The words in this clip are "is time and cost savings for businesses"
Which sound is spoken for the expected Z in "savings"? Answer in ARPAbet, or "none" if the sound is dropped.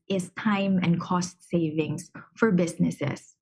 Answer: S